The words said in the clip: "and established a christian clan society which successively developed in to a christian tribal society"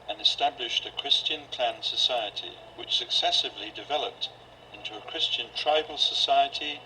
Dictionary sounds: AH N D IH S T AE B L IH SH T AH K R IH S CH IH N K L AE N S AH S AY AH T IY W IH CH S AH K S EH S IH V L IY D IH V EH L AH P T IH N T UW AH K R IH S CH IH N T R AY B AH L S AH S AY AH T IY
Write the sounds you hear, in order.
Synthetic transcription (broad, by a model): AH N IH S T AE B L IH SH T AH K R IH S CH IH N K L AE N S AH S AY AH T IY W IH CH S AH K S EH S IH V L IY D IH V EH L AH P T IH N T UW AH K R IH S CH IH N T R AY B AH L S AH S AY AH T IY